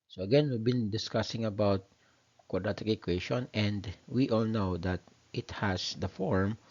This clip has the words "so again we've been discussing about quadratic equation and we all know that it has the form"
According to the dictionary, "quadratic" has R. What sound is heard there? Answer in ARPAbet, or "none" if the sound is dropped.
none